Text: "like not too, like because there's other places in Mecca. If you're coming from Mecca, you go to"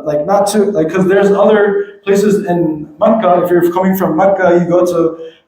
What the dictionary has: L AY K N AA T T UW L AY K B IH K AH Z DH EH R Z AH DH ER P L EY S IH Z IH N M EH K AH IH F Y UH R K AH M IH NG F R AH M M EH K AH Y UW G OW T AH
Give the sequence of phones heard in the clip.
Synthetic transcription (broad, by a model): L AY K N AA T T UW L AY IH K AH Z DH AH R Z AH DH ER P L EY S IH Z IH N M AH K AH IH F Y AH R K AH M IH NG F R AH M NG K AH Y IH G OW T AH